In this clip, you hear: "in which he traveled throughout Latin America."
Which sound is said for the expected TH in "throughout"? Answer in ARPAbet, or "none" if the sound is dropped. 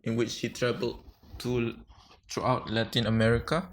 T